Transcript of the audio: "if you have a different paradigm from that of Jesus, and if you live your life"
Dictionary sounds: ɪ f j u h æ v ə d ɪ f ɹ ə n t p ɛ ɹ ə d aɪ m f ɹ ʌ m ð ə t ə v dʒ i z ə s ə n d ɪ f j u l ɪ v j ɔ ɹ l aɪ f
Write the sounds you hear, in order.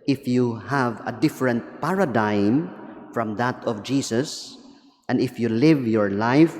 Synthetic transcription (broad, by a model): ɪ f j u h æ v ə d ɪ f ɹ ə n t p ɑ ɹ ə d aɪ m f ɹ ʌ m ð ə t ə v dʒ i s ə s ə n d ɪ f j u l ɪ v j ɔ ɹ l aɪ f